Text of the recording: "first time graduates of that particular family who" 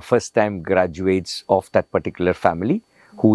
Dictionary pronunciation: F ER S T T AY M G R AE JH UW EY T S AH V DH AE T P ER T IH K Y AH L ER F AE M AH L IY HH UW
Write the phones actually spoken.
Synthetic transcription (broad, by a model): F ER S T T AY M G R AE JH UW EY T S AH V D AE T P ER T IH K Y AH L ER F AE M AH L IY HH UW